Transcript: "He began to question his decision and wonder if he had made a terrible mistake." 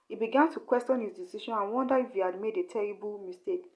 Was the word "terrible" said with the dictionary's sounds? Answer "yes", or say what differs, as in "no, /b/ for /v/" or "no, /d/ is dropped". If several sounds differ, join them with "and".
yes